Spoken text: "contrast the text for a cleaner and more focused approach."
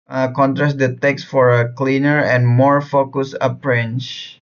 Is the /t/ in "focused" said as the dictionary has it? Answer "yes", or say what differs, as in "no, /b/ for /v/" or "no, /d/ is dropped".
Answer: no, /t/ is dropped